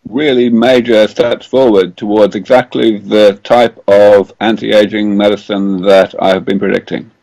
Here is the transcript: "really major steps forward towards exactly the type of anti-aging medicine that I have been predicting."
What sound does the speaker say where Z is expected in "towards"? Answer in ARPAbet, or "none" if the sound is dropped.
Z